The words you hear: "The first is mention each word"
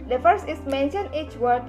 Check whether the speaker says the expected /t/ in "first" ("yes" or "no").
no